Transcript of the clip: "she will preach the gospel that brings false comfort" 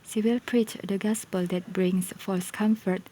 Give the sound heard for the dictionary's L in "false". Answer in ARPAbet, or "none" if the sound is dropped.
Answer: none